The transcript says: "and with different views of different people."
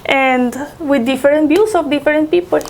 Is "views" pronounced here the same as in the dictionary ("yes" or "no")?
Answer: no